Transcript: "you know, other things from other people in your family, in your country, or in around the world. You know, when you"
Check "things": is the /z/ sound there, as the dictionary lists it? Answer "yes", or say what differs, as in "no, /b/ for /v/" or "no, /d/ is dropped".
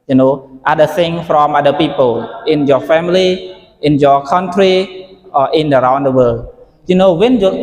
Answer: no, /z/ is dropped